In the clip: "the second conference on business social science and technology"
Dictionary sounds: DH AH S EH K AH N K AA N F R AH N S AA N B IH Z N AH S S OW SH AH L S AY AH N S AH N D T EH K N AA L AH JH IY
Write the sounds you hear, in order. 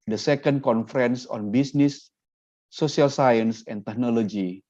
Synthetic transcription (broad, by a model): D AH S EH K AH N K AA N F R AH N S AA N B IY S N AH S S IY AH L S AY AH N S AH N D T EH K N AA L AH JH IY